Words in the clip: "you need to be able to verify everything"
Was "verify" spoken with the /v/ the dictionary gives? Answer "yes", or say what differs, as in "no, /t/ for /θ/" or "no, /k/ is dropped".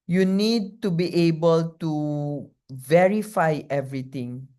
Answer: yes